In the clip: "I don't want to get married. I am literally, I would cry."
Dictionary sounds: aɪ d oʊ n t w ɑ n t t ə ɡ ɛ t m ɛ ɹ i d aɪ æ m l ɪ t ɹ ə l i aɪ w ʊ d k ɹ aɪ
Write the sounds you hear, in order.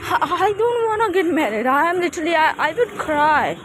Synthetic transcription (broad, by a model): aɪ d oʊ n t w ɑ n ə ɡ ɛ t m ɛ ɹ i d aɪ m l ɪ t l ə i aɪ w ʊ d k ɹ aɪ